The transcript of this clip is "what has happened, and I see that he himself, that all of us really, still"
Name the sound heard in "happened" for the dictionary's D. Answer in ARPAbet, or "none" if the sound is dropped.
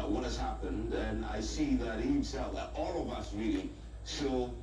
D